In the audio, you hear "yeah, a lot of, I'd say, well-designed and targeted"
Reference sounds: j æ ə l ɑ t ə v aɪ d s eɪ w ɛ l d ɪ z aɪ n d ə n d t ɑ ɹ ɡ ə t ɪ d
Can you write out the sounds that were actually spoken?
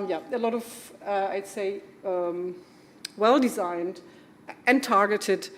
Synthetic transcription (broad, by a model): j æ ə l ɑ t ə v aɪ d s eɪ w ɛ l d ɪ z aɪ n d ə n t ɑ ɹ ɡ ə t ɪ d